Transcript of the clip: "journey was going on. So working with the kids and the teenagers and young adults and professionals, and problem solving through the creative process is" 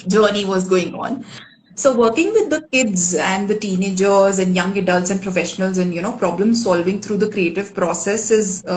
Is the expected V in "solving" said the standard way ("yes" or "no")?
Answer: yes